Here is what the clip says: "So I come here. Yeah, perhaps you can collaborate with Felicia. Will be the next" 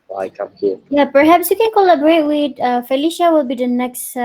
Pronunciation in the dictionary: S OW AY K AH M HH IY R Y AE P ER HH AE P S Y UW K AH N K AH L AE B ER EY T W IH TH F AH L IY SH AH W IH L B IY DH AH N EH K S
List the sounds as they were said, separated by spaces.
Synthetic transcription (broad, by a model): AY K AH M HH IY Y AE P ER HH AE P S Y UW K AH N K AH L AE B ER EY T W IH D F AH L IY SH AH W IH L B IY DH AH N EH K S